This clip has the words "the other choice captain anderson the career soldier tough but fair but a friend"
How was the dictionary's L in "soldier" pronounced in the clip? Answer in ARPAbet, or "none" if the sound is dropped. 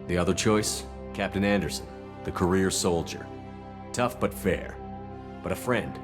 L